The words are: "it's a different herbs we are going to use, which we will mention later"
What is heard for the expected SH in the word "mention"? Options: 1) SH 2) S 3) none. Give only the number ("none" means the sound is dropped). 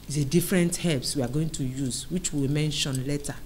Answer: 1